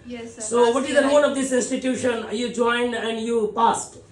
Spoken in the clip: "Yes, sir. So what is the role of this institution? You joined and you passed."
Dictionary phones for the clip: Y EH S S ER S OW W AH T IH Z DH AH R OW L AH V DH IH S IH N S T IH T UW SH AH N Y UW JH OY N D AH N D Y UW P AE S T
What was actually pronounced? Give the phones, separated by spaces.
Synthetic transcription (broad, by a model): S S S OW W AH T IH Z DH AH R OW N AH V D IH S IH N S T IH T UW SH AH N Y UW JH OY N D AH N D Y UW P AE S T